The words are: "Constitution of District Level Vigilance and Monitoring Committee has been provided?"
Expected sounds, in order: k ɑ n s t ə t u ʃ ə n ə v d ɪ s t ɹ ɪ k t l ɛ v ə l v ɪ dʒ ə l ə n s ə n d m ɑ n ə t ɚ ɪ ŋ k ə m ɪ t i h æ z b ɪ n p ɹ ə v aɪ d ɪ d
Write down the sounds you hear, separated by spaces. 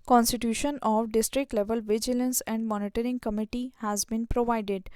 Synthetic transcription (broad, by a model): k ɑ n s t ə t u ʃ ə n ə v d ɪ s t ɹ ɪ k t l ɛ v ə l v ɪ dʒ ə l ə n s ə n d m ɑ n ə t ɚ ɪ ŋ k ə m ɪ t i h æ z b ɪ n p ɹ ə v aɪ d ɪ d